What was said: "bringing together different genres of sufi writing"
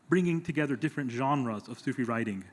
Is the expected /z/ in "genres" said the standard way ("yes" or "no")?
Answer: yes